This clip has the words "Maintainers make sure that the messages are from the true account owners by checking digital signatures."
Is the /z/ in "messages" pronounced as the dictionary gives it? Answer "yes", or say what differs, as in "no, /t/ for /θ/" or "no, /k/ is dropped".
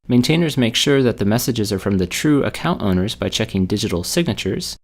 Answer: yes